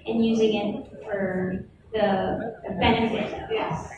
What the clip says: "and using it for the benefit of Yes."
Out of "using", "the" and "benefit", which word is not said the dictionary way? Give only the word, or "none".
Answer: none